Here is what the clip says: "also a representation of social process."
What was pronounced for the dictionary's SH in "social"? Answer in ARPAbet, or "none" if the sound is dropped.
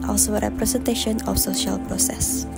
SH